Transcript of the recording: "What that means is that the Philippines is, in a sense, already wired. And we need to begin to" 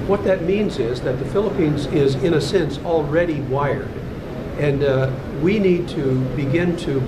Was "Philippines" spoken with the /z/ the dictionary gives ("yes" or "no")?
yes